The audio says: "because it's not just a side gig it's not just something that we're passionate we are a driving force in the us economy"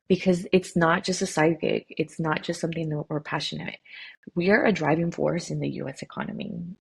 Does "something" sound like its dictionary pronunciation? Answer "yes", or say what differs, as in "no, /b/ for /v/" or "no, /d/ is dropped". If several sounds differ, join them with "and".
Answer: yes